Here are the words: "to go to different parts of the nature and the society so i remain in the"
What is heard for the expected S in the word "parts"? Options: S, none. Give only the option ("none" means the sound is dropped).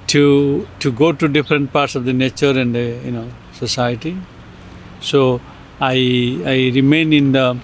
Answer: S